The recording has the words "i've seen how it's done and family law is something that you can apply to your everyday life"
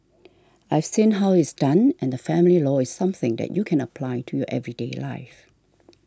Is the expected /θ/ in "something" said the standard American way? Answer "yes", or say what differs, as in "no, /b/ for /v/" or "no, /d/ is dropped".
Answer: yes